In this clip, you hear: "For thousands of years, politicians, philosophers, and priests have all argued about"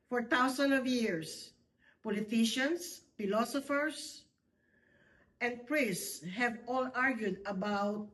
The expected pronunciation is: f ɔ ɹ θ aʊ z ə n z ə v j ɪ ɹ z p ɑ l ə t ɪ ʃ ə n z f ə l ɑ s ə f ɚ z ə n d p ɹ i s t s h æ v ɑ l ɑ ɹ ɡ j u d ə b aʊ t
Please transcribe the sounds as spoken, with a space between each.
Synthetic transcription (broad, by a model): f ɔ ɹ t aʊ s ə n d ə v j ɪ ɹ s p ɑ l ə t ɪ ʃ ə n s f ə l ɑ s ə f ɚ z ə n d p ɹ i s s s h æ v ɑ l ɑ ɹ ɡ j u d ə b aʊ t